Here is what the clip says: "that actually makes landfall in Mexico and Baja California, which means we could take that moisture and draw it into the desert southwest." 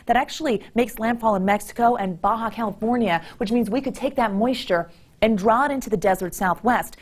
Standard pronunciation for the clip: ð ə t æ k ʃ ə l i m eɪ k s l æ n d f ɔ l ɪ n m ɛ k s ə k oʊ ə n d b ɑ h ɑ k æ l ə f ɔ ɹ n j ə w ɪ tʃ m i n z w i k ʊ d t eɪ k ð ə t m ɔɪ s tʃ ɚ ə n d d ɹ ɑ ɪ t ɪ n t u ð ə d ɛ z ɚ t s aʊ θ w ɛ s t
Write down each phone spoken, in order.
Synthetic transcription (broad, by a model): ð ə t æ k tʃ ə l i m eɪ k s l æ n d f ɔ l ɪ n m ɛ k s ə k oʊ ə n b ɑ h ɑ k æ l ə f ɔ ɹ n j ə w ɪ tʃ m i n z w i k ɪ d t eɪ k ð ə t m ɔɪ s tʃ ɚ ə n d d ɹ ɑ ɪ t ɪ n t u ð ə d ɛ z ɚ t s aʊ θ w ɛ s t